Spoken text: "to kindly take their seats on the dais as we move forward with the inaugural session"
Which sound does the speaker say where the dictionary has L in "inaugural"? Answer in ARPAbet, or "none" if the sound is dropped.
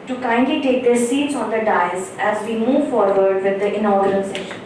N